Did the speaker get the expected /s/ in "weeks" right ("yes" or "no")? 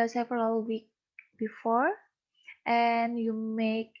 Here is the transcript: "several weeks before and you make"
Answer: no